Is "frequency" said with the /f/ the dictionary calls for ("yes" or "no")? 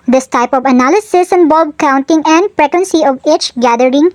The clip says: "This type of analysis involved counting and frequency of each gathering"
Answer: no